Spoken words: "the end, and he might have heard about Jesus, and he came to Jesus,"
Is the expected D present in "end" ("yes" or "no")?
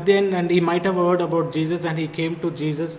no